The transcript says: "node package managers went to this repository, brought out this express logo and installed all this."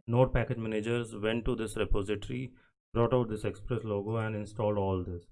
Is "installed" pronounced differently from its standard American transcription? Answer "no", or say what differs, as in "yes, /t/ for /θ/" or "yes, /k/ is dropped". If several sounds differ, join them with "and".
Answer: no